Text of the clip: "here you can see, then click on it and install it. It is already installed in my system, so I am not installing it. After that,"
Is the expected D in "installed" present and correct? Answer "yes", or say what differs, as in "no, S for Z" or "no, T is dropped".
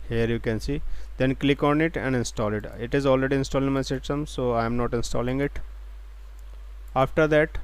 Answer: no, D is dropped